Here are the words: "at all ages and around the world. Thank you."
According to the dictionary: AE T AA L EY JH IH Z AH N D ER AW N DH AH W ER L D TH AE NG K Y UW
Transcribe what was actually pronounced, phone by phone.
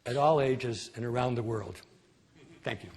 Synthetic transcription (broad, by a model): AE T AA L EY JH IH Z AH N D ER AW N DH AH W ER L D TH AE NG K Y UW